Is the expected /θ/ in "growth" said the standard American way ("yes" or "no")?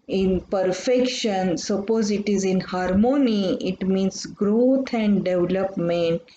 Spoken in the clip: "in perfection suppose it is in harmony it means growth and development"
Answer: no